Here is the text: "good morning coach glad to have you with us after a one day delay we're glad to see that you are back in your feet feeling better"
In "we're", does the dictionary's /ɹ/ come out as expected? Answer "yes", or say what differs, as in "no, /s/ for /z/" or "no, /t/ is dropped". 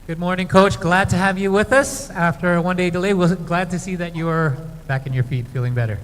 no, /l/ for /ɹ/